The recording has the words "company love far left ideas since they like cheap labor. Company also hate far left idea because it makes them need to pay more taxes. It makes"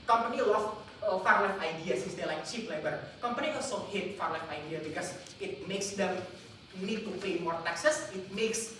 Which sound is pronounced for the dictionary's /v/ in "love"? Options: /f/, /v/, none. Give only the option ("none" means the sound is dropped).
/f/